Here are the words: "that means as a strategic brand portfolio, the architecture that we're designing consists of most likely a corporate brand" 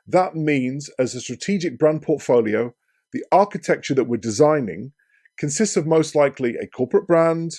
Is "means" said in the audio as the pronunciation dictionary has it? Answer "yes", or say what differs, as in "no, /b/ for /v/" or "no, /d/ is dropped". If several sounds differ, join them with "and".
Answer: yes